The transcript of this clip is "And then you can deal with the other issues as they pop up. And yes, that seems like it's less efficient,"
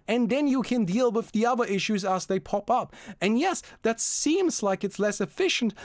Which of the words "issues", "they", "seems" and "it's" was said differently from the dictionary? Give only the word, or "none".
none